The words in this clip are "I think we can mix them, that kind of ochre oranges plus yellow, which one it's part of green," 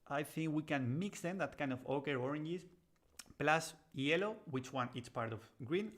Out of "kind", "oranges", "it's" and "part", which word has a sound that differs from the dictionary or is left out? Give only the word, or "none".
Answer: oranges